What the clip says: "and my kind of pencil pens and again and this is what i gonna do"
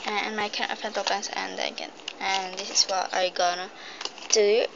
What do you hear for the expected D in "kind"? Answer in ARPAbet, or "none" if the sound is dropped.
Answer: none